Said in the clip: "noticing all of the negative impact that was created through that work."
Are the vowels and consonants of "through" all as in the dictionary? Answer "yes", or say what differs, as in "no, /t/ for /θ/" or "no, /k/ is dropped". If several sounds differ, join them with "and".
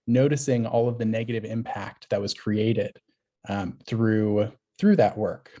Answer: yes